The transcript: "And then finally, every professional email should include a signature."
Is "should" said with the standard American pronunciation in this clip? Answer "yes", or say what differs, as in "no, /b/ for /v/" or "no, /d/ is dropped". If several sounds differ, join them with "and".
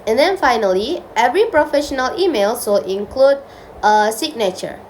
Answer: no, /s/ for /ʃ/